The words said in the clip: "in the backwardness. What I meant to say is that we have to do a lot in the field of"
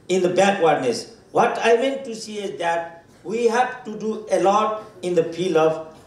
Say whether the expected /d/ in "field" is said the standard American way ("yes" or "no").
no